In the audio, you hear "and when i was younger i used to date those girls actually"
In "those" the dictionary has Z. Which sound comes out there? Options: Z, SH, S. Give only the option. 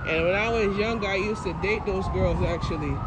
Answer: Z